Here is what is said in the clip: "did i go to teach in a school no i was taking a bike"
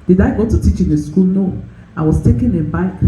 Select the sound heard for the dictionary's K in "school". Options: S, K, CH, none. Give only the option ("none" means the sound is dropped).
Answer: K